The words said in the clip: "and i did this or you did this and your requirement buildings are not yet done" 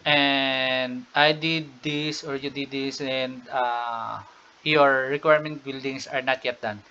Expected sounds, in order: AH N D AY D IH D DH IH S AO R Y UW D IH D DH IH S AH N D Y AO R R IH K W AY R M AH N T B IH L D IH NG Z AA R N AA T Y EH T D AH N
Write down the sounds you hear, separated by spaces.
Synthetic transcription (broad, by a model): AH N D AY D IH D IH S AO R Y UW D IH D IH S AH N D Y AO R R IH K W AY R M AH N T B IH L D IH NG S AA R N AA T Y EH T D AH N